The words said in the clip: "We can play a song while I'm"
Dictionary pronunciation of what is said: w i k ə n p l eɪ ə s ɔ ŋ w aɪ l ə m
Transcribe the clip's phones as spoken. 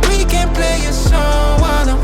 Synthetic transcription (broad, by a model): w i k ə n p l eɪ ə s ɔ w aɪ n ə